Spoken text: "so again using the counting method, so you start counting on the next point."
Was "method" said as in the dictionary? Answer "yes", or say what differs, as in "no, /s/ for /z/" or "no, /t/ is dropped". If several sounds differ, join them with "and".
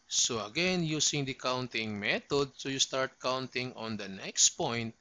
no, /t/ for /θ/